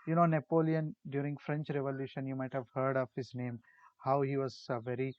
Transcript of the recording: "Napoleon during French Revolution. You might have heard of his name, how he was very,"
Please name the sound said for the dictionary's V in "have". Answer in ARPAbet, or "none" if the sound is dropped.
V